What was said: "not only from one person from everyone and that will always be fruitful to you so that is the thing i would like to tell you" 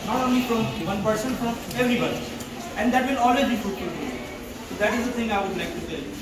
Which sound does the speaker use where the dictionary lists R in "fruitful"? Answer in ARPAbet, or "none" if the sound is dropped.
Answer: none